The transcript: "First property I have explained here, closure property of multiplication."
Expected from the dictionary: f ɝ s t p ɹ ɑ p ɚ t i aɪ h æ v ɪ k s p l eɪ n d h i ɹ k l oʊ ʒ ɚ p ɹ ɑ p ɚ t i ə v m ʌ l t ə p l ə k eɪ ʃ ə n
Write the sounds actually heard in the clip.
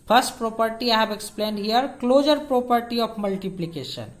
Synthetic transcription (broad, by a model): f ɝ s t p ɹ ɑ p ɚ t i aɪ h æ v ɪ k s p l eɪ n d h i ɹ k l oʊ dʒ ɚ p ɹ ɑ p ɚ t i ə p m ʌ l t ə p l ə k eɪ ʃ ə n